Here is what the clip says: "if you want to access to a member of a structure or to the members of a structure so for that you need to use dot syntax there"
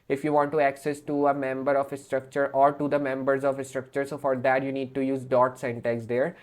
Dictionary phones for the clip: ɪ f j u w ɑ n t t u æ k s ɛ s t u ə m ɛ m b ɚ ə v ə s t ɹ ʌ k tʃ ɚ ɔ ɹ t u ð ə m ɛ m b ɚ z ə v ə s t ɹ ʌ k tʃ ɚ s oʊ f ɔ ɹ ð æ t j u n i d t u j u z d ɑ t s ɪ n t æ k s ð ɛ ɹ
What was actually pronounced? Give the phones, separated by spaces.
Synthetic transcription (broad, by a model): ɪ f j u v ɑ n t t u æ k s ɛ s t u ə m ɛ m b ɚ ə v ə s t ɹ ʌ k tʃ ɚ ɔ ɹ t u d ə m ɛ m b ɚ z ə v ə s t ɹ ʌ k tʃ ɚ s oʊ f ɔ ɹ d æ t j u n i d t u j u z d ɑ t s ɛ n t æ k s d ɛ ɹ